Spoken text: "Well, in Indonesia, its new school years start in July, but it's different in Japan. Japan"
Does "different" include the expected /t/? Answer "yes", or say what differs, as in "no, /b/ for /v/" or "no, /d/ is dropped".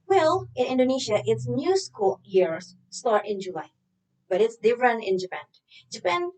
no, /t/ is dropped